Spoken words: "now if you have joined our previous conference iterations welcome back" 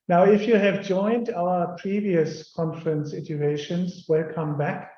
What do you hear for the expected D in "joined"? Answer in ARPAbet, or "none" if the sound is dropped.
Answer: D